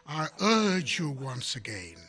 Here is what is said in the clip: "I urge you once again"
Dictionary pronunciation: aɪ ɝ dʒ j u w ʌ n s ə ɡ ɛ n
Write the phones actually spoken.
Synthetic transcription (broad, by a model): aɪ ɝ dʒ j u w ʌ n s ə ɡ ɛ n